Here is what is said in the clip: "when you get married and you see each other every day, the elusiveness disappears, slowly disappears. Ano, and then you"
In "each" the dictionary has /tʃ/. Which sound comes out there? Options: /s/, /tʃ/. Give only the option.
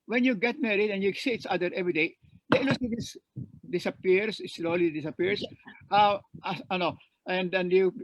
/s/